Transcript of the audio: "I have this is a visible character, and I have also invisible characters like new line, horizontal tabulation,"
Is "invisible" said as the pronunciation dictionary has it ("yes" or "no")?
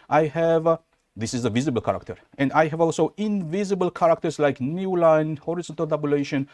yes